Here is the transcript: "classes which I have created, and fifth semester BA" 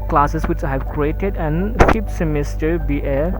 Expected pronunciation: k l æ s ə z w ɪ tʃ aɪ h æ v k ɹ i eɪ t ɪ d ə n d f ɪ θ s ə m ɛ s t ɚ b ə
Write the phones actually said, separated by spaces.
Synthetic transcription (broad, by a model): k l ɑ s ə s w ɪ tʃ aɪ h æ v k ɹ i eɪ t ɪ d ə n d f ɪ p s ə m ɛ s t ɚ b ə